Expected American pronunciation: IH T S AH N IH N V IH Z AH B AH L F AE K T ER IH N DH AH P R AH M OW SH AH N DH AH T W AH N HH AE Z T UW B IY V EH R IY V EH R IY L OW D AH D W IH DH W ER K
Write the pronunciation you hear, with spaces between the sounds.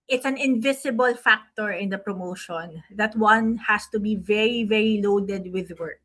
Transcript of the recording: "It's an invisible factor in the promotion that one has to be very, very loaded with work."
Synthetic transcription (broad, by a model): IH T S AH N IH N V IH S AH B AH L F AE K T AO IH N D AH P R AH M OW SH AH N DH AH T W AH N HH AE S T UW B IY V EH R IY V EH R IY L OW D AH D W IH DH W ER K